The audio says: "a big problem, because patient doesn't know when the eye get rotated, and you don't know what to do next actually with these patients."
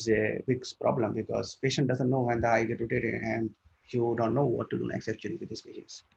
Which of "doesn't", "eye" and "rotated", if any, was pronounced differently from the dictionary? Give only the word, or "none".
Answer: rotated